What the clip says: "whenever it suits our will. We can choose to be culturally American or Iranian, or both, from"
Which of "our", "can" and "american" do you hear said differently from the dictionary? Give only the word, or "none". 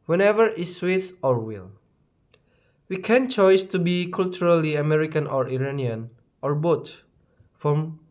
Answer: none